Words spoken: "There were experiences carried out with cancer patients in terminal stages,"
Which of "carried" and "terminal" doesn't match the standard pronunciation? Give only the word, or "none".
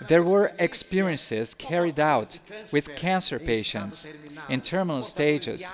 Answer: none